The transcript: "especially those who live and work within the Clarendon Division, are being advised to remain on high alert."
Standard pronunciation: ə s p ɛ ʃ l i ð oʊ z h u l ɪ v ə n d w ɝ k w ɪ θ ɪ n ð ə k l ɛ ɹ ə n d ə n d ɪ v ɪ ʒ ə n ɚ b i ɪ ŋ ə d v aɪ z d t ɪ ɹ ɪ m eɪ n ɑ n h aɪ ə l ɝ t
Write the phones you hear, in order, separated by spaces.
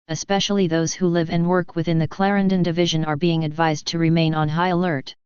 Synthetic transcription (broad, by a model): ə s p ɛ ʃ l i ð oʊ z h u l ɪ v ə n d w ɝ k w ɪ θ ɪ n ð ə k l ɛ ɹ ə n d ə n d ɪ v ɪ ʒ ə n ɚ b i ɪ ŋ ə d v aɪ z t ɪ ɹ ɪ m eɪ n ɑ n h aɪ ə l ɝ t